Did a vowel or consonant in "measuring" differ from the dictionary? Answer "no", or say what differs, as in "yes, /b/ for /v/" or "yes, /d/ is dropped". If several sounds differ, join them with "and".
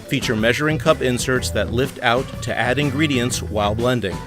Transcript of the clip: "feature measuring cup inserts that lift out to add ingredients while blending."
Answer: no